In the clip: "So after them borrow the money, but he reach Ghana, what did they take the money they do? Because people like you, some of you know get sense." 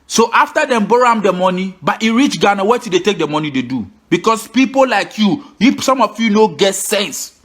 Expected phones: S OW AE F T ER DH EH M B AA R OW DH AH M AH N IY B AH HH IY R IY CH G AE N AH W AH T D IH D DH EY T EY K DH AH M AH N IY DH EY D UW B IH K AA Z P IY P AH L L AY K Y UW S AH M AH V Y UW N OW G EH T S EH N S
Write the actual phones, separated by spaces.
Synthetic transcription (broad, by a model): S OW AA F T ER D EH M B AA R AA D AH M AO N IY B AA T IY R IY CH G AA N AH W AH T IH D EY T EY K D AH M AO N IY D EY D UW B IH K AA S P IY P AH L L AY K Y UW S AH M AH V Y UW N OW G EH T S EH N S